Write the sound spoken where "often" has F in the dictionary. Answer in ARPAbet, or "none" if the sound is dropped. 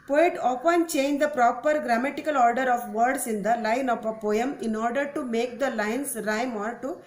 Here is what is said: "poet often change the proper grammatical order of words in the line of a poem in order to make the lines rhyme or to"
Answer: P